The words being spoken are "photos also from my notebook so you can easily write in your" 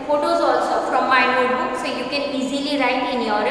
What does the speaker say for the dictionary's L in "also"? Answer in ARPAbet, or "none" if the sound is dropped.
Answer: L